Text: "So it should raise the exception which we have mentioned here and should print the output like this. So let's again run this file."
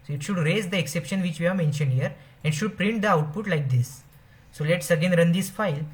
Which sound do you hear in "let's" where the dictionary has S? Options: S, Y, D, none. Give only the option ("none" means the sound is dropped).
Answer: S